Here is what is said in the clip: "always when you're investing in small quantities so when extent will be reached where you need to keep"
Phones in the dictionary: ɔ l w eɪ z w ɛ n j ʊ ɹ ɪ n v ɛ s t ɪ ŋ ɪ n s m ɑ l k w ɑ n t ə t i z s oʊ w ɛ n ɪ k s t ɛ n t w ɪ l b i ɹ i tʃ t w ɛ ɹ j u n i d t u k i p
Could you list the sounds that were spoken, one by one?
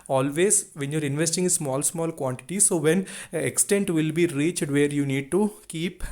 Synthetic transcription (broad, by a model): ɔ l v eɪ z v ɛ n j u ɹ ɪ n v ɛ s t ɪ ŋ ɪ l s m ɑ l k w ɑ n t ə t i s oʊ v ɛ n ɪ k s t ɛ n t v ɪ l b i ɹ i tʃ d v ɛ ɹ j u n i d t u k i p